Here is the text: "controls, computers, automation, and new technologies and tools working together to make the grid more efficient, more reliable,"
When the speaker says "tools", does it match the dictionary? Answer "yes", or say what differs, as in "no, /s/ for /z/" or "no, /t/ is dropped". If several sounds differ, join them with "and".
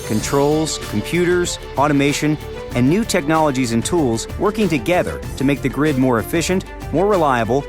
yes